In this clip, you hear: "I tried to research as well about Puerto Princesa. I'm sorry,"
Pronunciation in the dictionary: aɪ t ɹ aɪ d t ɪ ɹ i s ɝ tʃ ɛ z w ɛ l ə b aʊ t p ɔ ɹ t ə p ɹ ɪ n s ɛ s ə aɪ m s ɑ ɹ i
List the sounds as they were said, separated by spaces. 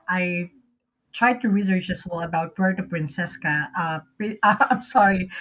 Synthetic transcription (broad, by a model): aɪ t ɹ aɪ d t ɪ ɹ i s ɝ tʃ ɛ s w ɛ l ə b aʊ t b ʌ ɹ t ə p ɹ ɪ n s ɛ s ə aɪ m s ɑ ɹ i